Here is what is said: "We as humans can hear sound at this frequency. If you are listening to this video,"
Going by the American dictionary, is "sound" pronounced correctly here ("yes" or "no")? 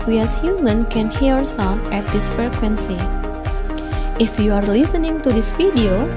no